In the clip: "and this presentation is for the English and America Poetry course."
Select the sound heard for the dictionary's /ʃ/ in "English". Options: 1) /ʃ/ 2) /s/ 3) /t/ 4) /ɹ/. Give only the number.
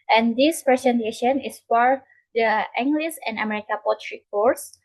2